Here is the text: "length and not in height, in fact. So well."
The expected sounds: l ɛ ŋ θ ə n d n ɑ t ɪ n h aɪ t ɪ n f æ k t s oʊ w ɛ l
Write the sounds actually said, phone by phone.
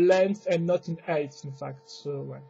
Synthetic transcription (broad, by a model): l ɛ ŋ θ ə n n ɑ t ɪ n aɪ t ɪ n f æ k t s oʊ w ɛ